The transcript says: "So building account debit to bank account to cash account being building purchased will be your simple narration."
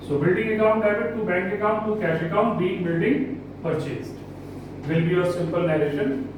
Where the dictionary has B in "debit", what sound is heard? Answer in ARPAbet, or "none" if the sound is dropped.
none